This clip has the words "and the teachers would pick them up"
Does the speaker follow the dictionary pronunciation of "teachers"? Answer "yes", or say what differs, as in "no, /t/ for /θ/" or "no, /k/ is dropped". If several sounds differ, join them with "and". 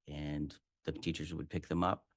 yes